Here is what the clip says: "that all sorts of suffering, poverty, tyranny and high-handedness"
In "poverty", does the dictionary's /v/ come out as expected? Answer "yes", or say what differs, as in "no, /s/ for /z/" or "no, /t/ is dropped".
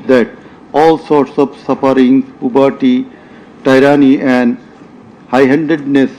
no, /b/ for /v/